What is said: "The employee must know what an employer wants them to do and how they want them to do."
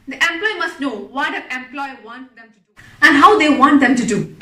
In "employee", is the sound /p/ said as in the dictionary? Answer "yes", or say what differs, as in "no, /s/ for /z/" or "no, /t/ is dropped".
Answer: yes